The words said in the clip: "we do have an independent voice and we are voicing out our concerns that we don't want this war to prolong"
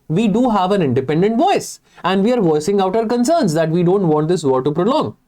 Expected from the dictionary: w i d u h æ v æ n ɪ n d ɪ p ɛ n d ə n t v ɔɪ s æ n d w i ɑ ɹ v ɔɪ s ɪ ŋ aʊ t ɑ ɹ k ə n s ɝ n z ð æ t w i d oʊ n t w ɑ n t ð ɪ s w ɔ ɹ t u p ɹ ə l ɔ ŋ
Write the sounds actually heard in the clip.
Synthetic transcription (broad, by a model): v i d u h æ v æ n ɪ n d ɪ p ɛ n d ə n t v ɔɪ s æ n d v i ɑ ɹ v ɔɪ s ɪ ŋ aʊ t ɑ ɹ k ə n s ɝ n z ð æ t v i d oʊ n t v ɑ n t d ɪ s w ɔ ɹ t u p ɹ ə l ɔ ŋ